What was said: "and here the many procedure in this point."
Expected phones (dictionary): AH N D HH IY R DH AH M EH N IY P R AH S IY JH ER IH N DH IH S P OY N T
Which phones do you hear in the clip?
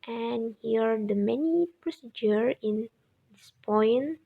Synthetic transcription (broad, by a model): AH N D HH IY R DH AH M EH N IY P R AH S IY JH ER IH N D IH S P OY N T